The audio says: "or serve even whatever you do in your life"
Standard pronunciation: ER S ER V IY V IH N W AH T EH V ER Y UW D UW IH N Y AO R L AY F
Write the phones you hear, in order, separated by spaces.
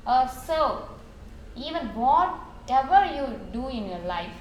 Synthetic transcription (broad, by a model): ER S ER IY V IH N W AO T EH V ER Y UW D UW IH N Y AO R L AY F